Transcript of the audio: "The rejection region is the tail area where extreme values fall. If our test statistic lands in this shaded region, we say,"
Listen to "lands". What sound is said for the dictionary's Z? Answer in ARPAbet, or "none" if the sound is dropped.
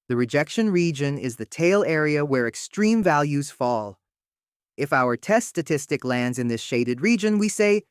Z